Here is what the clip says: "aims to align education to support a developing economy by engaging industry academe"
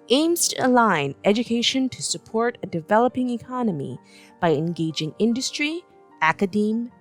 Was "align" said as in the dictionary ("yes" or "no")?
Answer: yes